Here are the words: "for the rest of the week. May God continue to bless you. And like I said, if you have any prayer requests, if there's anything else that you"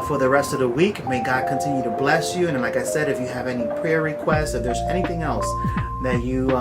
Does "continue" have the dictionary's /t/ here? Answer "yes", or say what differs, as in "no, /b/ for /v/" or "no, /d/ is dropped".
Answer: yes